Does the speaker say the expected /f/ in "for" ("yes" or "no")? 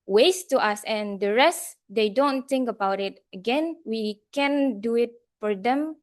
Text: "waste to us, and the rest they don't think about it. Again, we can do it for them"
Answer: yes